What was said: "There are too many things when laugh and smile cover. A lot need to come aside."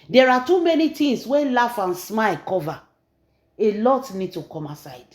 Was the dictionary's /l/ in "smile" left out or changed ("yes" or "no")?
no